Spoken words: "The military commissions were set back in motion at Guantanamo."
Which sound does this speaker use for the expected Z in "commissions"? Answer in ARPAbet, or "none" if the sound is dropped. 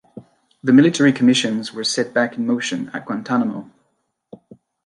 Z